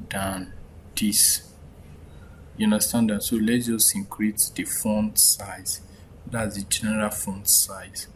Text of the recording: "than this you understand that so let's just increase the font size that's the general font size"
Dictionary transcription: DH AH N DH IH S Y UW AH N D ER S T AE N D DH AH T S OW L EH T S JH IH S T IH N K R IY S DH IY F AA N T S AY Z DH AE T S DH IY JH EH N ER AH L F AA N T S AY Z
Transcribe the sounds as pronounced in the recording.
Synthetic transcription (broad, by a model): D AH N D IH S Y UW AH N D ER S T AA N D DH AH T S OW L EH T JH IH S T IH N K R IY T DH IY F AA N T S AY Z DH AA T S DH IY JH EH N ER AH L F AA N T S AY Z